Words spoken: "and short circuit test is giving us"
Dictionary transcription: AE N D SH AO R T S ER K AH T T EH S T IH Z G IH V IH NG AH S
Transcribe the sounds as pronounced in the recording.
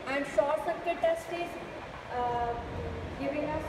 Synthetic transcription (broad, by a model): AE N D S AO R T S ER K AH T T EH S T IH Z G IH V IH NG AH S